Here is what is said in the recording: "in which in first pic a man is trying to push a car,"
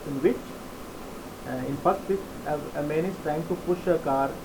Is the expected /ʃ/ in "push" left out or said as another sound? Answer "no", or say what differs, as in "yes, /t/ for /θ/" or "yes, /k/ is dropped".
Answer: no